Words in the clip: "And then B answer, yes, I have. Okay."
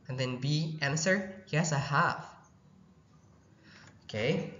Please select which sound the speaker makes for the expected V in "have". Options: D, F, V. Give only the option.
F